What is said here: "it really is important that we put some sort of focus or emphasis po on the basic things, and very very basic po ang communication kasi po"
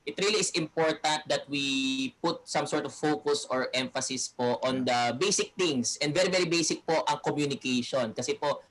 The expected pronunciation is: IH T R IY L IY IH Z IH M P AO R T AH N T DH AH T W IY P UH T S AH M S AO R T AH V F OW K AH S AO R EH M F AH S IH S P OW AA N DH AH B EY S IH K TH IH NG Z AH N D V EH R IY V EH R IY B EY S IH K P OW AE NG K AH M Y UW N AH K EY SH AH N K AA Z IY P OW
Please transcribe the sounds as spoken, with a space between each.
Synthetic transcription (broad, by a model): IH T R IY L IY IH S IH M P AO R T AH N T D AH T W IY P UH T S AH M S AO R T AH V F OW K AH S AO R EH M F AH S IH S P OW AA N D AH B EY S IH K T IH NG S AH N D V EH R IY V EH R IY B EY S IH K P OW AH NG K AH M Y UW N AH K EY SH AH N K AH S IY P OW